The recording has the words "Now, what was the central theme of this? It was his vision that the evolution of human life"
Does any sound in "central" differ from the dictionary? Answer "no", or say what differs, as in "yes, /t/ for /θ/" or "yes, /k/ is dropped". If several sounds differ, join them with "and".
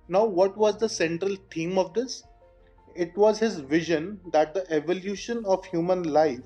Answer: no